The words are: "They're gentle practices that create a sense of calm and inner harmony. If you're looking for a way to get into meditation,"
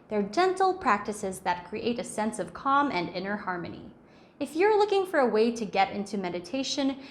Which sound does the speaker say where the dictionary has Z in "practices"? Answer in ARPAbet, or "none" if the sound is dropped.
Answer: Z